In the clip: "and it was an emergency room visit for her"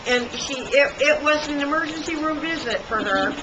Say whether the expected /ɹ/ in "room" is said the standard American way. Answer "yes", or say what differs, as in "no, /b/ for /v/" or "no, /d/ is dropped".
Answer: yes